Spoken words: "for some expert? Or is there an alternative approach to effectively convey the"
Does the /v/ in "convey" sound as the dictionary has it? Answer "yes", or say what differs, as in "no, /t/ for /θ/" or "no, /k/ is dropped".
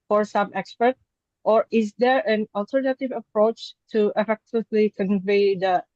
yes